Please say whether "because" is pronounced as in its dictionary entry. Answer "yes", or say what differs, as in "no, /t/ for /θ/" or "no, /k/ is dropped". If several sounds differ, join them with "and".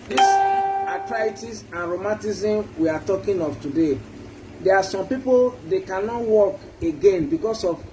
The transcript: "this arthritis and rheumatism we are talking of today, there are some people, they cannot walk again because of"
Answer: no, /s/ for /z/